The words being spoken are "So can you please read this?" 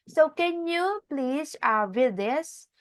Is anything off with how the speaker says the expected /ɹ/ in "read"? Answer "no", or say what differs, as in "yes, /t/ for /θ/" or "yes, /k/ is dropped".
yes, /w/ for /ɹ/